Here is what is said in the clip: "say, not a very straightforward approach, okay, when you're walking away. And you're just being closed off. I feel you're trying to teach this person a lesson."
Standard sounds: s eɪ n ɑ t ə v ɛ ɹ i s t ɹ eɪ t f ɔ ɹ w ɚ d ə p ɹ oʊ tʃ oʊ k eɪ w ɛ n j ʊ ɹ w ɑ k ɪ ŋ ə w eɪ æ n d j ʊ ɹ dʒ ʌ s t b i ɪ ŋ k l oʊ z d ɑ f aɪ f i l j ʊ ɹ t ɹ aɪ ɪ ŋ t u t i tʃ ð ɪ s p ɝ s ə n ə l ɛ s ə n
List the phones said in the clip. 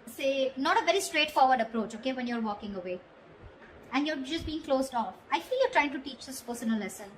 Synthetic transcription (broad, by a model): s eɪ n ɑ t ə v ɛ ɹ i s t ɹ eɪ t f ɔ ɹ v ɚ d ə p ɹ oʊ tʃ oʊ k eɪ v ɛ n j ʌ ɹ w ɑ k ɪ ŋ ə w eɪ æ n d j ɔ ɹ dʒ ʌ s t b i ɪ ŋ k l oʊ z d ɑ f aɪ f i l j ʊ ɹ t ɹ aɪ ɪ ŋ t u t i tʃ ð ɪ s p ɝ s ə n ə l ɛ s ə n